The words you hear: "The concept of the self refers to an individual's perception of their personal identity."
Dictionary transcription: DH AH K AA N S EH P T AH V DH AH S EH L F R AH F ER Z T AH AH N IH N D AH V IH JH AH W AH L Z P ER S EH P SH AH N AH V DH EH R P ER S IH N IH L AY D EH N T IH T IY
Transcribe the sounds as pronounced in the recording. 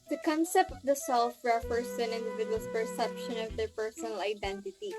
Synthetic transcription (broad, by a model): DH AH K AA N S EH P T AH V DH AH S EH L F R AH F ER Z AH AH N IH N D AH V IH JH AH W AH L P ER S EH P SH AH N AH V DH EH R P ER S IH N IH L AY D EH N T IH T IY